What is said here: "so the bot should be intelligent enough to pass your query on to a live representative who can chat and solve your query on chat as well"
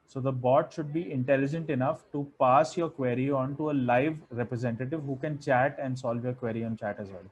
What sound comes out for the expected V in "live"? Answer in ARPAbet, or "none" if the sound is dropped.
V